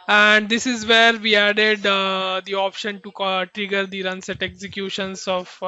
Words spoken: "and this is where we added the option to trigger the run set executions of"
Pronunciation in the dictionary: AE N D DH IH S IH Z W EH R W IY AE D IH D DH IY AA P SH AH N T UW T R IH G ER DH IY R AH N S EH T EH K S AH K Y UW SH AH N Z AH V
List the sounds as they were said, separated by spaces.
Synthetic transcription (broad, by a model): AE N D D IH S IH Z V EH R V IY AE D IH D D IY AA P SH AH N T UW T R IH G ER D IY R AH N S EH T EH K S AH K Y UW SH AH N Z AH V